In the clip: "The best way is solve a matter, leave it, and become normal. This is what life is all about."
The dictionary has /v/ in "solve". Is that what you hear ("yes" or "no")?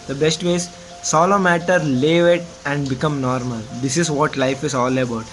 no